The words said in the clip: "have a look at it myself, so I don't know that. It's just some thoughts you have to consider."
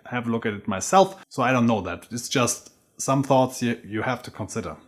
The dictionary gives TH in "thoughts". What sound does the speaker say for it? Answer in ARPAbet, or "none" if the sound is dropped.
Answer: TH